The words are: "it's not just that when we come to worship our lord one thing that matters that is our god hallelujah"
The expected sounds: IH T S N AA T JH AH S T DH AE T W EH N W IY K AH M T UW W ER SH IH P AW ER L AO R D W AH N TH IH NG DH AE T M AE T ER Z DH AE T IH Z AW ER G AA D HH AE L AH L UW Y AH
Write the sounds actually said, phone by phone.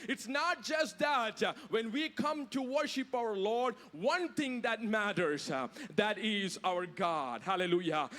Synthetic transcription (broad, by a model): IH T S N AA T JH AH S T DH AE T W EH N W IY K AH M T UW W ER SH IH P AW ER L AO R D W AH N T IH NG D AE T M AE T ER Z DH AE T IH Z AW ER G AA D HH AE L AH L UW Y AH